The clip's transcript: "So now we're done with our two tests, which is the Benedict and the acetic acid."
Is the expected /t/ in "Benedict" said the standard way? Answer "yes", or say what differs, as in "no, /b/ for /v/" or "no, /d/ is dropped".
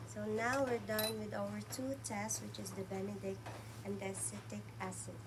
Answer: yes